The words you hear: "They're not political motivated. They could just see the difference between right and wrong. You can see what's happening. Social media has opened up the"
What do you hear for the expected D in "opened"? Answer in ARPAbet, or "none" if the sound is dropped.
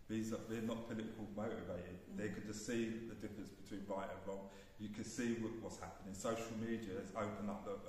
none